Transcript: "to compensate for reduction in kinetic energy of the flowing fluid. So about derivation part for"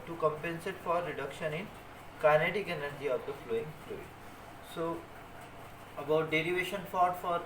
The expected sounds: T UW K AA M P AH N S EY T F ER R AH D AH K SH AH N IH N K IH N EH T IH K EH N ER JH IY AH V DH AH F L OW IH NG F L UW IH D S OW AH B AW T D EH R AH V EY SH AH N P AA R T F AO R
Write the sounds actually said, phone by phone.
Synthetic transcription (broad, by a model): T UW K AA M P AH N S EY T F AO R AH D AH K SH AH N IH N K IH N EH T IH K EH N ER JH IY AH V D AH F L OW IH NG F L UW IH S OW AH B AW T D EH R AH V EY SH AH N F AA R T F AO R